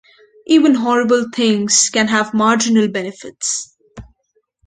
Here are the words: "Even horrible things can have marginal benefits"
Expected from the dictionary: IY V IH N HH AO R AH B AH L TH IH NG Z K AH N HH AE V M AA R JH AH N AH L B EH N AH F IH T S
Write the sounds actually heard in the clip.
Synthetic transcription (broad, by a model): IY V IH N HH AO R AH B AH L T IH NG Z K AH N HH AE V M AA R JH AH N AH L B EH N AH F IH T S